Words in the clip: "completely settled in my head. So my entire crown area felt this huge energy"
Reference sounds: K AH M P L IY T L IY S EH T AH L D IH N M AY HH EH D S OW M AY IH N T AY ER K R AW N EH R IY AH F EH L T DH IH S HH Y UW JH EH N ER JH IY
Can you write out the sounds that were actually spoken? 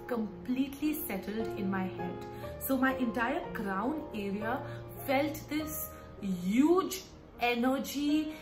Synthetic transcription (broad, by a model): K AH M P L IY T L IY S EH T AH L D IH N M AY HH EH D S OW M AY IH N T AY ER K R AW N EH R IY AH F EH L T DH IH S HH Y UW JH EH N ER JH IY